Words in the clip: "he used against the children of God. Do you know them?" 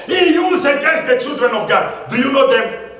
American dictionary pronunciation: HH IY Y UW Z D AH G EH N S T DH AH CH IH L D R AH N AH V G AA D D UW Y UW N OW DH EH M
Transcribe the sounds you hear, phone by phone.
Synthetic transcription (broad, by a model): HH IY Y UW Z AH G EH S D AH CH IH L D R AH N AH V G AA D D UW Y UW N OW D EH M